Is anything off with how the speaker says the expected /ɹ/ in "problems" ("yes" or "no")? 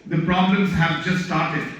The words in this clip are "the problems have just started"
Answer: no